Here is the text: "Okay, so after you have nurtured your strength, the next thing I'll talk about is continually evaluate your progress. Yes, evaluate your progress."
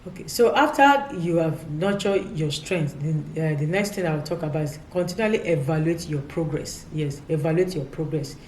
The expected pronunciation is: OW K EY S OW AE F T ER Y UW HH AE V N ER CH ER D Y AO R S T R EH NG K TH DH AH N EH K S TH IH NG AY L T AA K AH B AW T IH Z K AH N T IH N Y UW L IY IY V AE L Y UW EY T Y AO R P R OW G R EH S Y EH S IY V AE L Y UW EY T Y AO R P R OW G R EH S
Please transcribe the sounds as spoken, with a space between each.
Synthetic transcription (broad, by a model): OW K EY S OW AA F T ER Y UW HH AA V N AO CH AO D Y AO S T R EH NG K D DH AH N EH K S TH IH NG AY W T AA K AH B AW T K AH N T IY N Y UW L IY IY V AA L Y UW EY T Y AO P R OW G R EH S Y EH S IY V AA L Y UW EY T Y AO P R OW G R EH S